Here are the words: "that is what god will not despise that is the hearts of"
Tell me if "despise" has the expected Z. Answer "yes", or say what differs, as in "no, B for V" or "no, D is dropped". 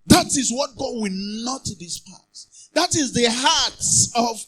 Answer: no, S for Z